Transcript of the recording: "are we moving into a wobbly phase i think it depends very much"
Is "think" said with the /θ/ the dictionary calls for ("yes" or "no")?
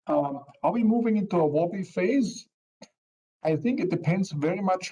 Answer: yes